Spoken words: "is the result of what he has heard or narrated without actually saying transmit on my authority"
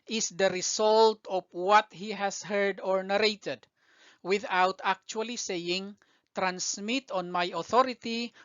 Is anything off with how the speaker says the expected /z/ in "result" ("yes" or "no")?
yes